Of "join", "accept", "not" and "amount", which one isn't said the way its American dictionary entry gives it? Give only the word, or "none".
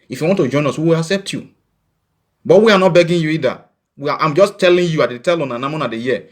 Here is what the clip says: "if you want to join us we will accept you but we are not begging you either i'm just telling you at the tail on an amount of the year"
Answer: amount